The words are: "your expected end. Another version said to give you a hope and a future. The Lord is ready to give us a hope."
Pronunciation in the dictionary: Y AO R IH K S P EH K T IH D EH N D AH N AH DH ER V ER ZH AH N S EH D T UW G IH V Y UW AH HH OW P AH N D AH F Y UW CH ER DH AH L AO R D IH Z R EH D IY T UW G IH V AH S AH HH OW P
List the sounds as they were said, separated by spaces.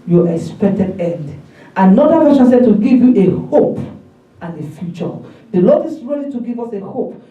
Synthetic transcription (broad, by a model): Y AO IH K S P EH K T IH D EH N D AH N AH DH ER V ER SH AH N S EH D T UW G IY V Y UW AH HH OW P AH N AH F Y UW CH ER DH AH L AO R D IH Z R EH D IY T UW G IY V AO S AH HH OW P